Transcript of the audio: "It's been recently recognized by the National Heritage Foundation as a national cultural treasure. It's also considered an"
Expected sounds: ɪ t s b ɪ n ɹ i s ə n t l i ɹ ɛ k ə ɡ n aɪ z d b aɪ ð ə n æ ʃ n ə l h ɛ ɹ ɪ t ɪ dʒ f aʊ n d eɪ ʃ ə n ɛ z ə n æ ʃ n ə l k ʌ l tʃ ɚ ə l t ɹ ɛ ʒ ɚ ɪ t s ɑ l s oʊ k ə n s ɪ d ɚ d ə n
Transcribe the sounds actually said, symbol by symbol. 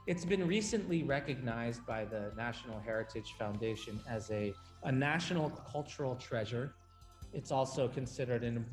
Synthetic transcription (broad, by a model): ɪ t s b ɪ n ɹ i s ə n t l i ɹ ɛ k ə ɡ n aɪ z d b aɪ ð ə n æ ʃ n l h ɛ ɹ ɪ t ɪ ʒ f aʊ n d eɪ ʃ ə n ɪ z ə n æ ʃ n l k ʌ l tʃ ɚ l t ɹ ɛ ʒ ɚ ɪ t s ɑ l s oʊ k ə n s ɪ d ɚ d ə n